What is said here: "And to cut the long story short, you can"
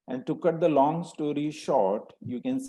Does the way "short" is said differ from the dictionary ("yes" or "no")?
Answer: no